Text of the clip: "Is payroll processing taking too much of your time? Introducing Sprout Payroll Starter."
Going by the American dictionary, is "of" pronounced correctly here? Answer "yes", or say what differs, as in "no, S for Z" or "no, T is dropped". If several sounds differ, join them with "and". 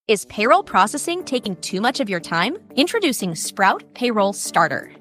yes